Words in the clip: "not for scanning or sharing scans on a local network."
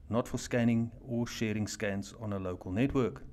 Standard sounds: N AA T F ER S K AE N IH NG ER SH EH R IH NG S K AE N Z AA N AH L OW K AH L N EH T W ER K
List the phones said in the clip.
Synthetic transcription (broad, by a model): N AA T F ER S K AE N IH NG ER SH EH R IH NG S K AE N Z AA N AH L OW K AH L N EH T W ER K